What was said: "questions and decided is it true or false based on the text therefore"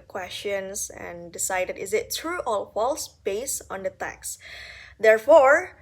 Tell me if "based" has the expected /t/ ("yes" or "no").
no